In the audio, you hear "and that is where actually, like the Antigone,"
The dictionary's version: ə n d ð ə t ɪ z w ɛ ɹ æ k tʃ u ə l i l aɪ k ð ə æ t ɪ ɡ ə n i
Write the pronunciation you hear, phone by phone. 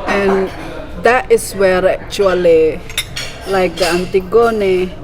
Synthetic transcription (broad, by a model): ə n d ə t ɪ s w ɛ ɹ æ k tʃ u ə l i l aɪ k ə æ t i ɡ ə n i